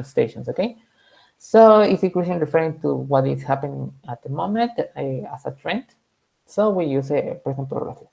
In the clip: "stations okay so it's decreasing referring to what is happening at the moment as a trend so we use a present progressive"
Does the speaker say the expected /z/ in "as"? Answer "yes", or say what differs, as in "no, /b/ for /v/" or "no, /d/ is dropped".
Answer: no, /s/ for /z/